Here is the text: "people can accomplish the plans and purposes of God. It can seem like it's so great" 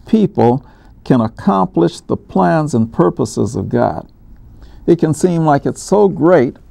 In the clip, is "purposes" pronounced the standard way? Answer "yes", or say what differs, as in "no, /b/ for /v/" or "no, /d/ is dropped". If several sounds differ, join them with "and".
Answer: yes